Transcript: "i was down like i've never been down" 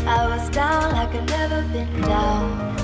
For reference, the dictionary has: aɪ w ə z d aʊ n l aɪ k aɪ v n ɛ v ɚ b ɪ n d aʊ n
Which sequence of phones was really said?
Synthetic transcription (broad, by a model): aɪ w ə z d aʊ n aɪ k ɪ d n ɛ v ɚ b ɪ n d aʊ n